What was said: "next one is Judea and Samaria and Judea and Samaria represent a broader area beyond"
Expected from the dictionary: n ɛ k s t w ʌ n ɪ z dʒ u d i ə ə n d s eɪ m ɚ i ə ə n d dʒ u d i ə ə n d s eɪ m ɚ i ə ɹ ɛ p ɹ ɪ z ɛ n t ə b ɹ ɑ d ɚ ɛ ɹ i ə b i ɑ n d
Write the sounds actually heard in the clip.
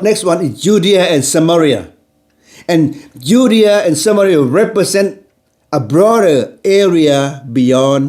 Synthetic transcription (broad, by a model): n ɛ k s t w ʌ n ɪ s dʒ u d i ə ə n s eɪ m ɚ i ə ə n dʒ u d i ə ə n s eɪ m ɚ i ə ɹ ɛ p ɹ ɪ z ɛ n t ə b ɹ ɑ d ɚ ɛ ɹ i ə b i ɑ n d